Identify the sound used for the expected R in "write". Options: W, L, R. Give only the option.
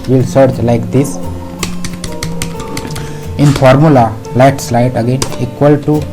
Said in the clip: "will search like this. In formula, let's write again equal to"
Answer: L